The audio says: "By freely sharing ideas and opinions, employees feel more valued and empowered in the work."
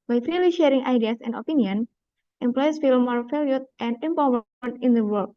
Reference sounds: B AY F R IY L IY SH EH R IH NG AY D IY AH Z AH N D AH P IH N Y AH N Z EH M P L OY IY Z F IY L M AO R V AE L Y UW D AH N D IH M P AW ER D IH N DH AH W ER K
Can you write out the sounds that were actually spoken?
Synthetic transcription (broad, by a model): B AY F R IY L IY SH EH R IH NG AY D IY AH S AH N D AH P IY N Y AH N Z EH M P L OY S F IY L M AO R F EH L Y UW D AH N D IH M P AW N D IH N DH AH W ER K